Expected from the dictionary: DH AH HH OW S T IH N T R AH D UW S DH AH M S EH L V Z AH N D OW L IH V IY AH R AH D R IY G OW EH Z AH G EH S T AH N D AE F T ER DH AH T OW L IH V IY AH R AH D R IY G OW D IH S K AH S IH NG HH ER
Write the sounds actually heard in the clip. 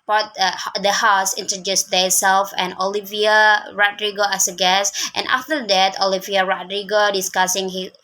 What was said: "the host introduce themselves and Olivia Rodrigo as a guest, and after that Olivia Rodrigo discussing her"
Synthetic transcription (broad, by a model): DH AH HH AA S IH N T R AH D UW S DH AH S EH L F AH N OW L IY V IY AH R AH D R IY G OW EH S AH G EH S T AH N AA F T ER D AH T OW L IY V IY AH R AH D R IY G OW D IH S K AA S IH NG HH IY